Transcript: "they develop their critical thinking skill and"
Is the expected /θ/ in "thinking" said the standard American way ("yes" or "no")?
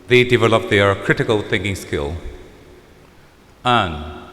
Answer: yes